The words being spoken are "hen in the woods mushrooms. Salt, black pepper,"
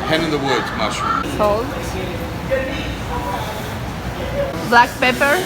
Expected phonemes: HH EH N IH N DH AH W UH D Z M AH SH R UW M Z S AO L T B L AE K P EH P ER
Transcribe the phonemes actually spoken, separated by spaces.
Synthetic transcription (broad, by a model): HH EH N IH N DH AH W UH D M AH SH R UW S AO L B L AE K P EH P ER